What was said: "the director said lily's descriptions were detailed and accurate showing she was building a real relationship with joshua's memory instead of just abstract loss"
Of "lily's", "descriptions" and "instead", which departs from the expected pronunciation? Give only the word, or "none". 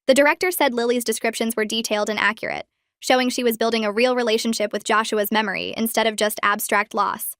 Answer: none